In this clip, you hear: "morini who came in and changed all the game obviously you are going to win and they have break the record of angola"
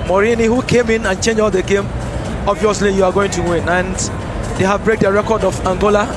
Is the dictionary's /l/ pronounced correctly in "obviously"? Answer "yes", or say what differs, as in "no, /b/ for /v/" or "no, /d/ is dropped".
yes